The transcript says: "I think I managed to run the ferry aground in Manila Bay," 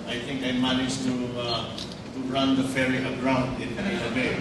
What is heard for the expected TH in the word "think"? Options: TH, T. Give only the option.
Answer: T